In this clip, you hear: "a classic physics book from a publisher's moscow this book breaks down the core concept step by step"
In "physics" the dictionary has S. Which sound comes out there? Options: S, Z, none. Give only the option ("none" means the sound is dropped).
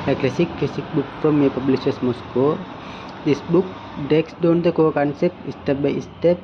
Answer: none